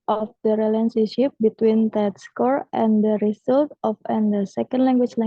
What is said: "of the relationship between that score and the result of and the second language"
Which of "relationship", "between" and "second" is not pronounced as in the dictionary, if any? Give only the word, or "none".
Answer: relationship